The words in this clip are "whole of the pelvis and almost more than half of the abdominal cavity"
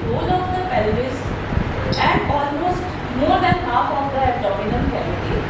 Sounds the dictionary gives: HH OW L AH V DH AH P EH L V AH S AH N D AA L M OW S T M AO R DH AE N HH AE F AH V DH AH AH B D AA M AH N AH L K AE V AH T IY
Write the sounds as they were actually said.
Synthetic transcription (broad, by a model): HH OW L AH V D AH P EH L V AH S AH N D AA L M OW S T M AO R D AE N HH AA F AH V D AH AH D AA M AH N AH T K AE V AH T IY